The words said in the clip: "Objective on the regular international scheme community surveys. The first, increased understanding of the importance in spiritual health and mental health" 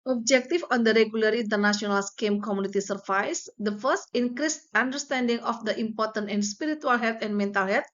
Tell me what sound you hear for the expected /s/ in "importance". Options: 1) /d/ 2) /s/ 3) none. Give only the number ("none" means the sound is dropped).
3